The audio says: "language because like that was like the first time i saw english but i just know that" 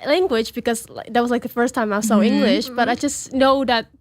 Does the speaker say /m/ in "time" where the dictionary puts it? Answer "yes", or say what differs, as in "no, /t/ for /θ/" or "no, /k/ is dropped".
yes